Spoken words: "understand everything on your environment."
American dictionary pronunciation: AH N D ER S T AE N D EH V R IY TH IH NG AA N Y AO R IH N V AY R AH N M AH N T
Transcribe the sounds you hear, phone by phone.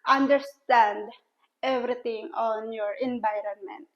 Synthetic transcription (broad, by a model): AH N D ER S T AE N D EH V R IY T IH NG AA N Y AO R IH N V AY R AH N M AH N T